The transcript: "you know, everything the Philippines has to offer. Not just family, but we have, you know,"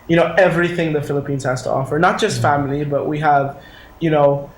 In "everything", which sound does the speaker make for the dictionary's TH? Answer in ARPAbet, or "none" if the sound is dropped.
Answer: TH